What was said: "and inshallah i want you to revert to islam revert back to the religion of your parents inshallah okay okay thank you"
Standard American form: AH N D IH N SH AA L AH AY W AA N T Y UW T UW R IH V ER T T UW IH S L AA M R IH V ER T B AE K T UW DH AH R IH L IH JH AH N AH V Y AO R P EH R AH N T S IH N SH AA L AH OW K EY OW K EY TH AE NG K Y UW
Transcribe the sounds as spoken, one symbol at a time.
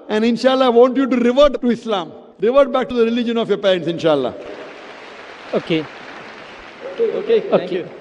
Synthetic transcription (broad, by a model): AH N D IH N SH AA L AH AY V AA N T Y UW T UW R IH V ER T T UW IH S L AA M R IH V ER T B AE K T UW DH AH R IH L IH JH AH N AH F Y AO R P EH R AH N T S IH N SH AA L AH OW K EY OW K EY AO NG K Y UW